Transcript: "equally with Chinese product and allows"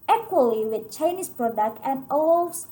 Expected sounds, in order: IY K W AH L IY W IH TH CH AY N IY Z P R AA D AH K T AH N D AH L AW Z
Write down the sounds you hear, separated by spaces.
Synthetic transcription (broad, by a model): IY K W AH L IY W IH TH CH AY N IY S P R AA D AH K T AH N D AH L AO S